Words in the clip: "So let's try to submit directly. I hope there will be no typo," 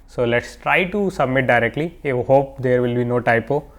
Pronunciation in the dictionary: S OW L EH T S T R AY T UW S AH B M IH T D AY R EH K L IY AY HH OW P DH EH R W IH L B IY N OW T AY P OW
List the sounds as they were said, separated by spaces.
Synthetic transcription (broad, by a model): S OW L EH T S T R AY T UW S AH B M IH T D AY R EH K L IY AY HH OW P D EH R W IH L B IY N OW T AY P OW